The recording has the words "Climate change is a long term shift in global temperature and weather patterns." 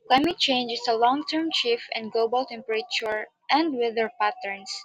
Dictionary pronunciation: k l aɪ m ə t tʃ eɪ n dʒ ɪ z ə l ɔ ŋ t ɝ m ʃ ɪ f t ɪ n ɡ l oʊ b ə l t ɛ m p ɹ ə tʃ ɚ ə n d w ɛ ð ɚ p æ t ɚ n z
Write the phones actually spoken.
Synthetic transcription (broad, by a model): k l aɪ m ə t tʃ eɪ n dʒ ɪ s ə l ɔ ŋ t ɝ m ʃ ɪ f ɪ n ɡ l oʊ b ə l t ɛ m p ɹ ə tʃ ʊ ə n d w ɛ ð ɚ p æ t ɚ n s